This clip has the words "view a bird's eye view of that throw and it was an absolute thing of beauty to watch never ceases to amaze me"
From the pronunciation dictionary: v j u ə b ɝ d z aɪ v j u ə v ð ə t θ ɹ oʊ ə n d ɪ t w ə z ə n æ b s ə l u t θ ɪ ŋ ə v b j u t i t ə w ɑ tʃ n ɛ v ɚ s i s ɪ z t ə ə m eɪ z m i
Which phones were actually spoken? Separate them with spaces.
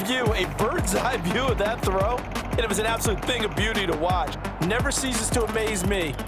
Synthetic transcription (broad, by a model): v j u ə b ɝ d z aɪ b j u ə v ð ə t θ ɹ oʊ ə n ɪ ɪ t w ə z ə n æ b s ə l u t θ ɪ ŋ ə v b j u t i t ə w ɑ tʃ n ɛ v ɚ s i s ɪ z t ə ə m eɪ z m i